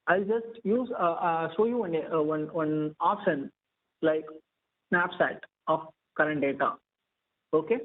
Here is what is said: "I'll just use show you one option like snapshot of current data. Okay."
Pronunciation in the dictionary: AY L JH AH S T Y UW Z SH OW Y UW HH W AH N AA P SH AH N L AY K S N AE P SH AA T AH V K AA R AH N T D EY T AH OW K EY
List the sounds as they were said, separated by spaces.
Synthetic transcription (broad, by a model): AY L JH AH S T Y UW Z SH OW Y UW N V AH N AA P SH AH N L AY K S N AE P S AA T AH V K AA R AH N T D EY T AH OW K EY